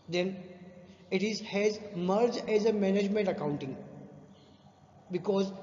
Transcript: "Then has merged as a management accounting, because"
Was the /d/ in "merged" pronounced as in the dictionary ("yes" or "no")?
no